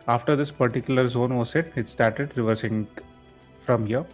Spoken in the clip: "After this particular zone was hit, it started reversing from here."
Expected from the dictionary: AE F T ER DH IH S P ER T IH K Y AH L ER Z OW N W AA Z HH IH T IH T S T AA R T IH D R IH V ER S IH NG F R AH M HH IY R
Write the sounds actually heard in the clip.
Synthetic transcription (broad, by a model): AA F T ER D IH S P ER T IH K Y AH L ER Z OW N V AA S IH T IH T S T AA R T IH D R IH V ER S IH NG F R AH M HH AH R